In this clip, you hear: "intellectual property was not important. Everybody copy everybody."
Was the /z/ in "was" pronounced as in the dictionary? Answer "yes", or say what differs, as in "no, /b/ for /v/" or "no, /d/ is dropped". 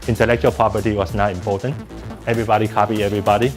no, /s/ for /z/